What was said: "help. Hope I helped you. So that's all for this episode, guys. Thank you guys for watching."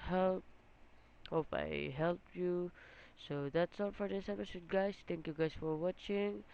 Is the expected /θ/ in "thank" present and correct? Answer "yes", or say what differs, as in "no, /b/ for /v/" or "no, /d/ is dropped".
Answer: no, /t/ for /θ/